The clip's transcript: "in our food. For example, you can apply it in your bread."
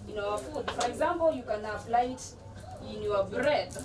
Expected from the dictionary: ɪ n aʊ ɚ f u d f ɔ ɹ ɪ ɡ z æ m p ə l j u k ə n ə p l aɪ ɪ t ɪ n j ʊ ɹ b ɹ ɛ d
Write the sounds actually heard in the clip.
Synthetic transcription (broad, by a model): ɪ n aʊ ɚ f u d f ɔ ɹ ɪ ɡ z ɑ m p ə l j u k ə n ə f l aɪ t ɪ n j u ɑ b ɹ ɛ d